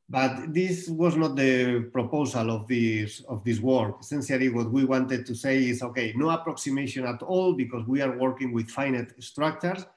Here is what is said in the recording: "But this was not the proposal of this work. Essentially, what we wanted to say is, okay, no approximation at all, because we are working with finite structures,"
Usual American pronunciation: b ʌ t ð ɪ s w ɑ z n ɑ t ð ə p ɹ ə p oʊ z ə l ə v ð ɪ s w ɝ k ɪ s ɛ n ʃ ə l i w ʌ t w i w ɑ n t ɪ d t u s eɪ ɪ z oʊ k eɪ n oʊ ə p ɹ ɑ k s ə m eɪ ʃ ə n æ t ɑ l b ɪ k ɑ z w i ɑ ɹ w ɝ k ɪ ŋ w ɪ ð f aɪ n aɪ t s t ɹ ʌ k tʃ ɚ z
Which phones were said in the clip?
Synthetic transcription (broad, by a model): b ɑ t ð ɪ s w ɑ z n ɑ t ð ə p ɹ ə p oʊ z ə l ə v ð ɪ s w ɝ k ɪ s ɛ n s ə l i w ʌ t w i w ɑ n t ɪ d t u s eɪ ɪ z oʊ k eɪ n oʊ ə p ɹ ɑ k s ə m eɪ ʃ ə n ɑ t ɑ l b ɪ k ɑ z w i ɑ ɹ w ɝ k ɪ ŋ w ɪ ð f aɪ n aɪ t s t ɹ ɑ k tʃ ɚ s